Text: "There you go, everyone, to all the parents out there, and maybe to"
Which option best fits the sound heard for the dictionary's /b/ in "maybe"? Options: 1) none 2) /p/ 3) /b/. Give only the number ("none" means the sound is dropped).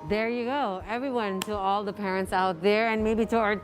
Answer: 3